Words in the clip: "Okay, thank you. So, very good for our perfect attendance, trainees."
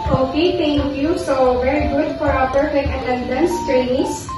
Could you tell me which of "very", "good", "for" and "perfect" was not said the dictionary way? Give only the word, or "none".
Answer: perfect